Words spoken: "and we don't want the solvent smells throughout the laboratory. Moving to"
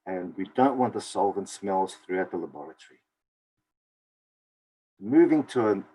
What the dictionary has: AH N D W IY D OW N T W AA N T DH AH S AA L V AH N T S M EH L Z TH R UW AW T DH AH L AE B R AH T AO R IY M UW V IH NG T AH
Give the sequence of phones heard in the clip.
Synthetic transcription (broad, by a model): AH N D W IY D OW N T W AA N T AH S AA L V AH N S M EH L Z TH R UW AW T DH AH L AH B R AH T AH R IY M UW V IH NG T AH